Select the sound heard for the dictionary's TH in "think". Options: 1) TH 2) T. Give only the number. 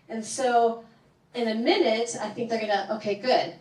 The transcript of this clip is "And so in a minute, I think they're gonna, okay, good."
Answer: 1